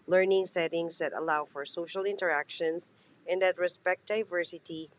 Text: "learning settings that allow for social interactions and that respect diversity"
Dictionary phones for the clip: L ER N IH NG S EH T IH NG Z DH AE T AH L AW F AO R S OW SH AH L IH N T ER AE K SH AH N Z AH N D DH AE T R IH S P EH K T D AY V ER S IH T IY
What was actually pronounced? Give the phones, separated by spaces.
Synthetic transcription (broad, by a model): L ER N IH NG S EH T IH NG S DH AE T AH L AW F AO R S OW SH AH L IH N T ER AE K SH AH N S AH N D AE T R IH S P EH K T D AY V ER S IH T IY